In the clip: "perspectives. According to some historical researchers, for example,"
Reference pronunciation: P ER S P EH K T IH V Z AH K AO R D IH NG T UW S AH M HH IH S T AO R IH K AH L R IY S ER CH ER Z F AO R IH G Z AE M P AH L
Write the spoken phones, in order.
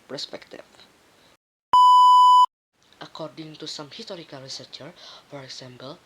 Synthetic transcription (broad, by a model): P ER S P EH K T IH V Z AH K AO R D IH NG T UW S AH M HH IH S T AO R IH K AH L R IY S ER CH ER F AO R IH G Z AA M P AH L